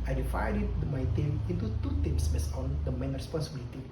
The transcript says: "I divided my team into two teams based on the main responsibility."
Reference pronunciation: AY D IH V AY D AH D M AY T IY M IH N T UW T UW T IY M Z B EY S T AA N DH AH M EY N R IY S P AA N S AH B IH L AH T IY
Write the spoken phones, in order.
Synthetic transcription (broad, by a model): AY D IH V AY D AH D M AY T IY M IH N T UW T UW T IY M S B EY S AA N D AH M EY N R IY S P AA N S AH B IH L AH T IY